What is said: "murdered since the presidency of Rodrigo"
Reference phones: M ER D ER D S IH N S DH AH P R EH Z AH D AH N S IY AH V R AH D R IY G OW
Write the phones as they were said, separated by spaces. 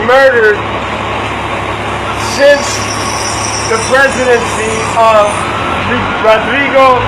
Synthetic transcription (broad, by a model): M ER D ER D S IH N S DH AH P R EH Z AH D AH N S IY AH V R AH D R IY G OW